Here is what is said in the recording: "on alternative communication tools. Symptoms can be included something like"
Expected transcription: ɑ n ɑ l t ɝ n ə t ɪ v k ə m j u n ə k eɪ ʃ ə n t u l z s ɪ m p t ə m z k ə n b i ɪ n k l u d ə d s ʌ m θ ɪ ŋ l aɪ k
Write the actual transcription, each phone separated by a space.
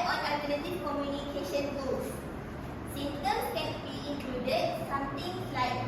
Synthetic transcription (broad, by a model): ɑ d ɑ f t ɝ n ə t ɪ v k ə m j u n ə k eɪ ʃ ə n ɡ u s s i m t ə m s k ə n b i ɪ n k l u d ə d s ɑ m t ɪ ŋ l aɪ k